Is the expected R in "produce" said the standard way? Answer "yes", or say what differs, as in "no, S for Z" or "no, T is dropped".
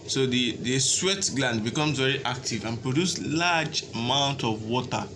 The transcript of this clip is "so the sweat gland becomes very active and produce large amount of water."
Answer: yes